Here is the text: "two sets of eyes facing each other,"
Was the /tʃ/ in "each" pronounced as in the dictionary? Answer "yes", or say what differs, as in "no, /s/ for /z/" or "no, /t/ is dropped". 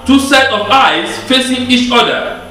yes